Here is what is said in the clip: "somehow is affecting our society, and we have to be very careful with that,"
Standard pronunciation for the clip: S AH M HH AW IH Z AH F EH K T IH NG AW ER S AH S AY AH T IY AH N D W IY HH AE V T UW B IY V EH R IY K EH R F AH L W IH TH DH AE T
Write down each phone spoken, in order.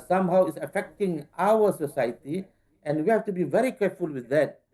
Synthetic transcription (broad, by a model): S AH M HH AW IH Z AH F EH K T IH NG AW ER S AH S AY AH T IY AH N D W IY HH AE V T UW B IY V EH R IY K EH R F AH L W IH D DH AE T